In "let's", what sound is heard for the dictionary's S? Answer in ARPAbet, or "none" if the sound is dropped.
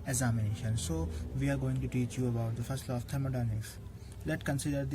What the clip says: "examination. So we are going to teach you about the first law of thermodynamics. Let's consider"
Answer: none